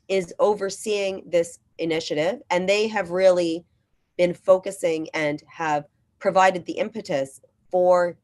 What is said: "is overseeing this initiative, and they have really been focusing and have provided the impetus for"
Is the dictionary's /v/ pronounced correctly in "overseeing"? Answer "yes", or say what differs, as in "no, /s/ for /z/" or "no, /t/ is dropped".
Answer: yes